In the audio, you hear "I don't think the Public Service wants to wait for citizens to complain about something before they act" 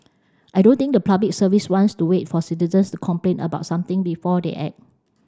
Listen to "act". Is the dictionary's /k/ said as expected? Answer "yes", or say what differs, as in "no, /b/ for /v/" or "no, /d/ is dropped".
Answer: no, /k/ is dropped